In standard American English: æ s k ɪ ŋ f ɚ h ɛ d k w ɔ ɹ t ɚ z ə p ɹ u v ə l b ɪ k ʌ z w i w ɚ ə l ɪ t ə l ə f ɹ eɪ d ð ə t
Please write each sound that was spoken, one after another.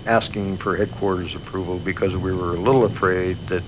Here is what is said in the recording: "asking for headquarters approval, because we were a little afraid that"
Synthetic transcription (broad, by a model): æ s k ɪ ŋ f ɚ h ɛ d k w ɔ ɹ t ɚ z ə p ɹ u v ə l b ɪ k ʌ z w i w ɚ ə l ɪ t l ə f ɹ eɪ d ð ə t